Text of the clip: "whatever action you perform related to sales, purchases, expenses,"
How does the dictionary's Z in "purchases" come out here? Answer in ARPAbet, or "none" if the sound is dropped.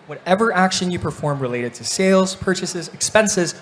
Z